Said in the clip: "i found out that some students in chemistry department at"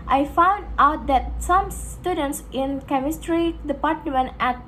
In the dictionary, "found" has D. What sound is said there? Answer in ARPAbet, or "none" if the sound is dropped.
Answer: D